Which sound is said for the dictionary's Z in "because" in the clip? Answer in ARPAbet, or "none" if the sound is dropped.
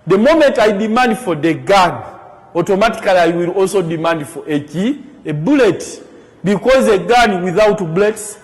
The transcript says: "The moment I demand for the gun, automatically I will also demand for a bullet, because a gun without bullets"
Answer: Z